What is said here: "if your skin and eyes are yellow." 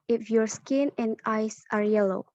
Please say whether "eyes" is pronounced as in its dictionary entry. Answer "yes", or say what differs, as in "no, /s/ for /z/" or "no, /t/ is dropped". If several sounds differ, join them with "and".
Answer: no, /s/ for /z/